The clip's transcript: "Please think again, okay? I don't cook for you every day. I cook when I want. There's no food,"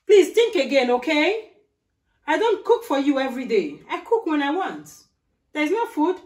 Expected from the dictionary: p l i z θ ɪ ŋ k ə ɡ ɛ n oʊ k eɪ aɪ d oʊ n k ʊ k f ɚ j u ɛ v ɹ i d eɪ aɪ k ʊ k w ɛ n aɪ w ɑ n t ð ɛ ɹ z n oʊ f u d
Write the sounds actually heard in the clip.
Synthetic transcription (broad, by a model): p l i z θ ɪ ŋ k ə ɡ ɛ n oʊ k eɪ aɪ d oʊ n k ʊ k f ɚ j u ɛ v ɹ i d eɪ aɪ k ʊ k w ɛ n aɪ w ɑ n t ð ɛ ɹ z n oʊ f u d